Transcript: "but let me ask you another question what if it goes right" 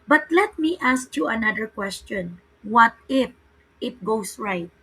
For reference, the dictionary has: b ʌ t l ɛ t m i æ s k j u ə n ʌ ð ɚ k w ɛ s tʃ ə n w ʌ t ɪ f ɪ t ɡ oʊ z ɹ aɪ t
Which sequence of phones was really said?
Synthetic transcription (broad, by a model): b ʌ t l ɛ t m i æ s k j u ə n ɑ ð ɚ k w ɛ s tʃ ə n w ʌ t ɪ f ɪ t ɡ oʊ s ɹ aɪ t